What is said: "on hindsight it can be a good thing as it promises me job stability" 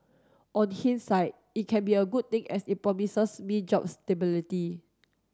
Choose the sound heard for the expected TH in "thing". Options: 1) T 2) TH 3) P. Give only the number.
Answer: 1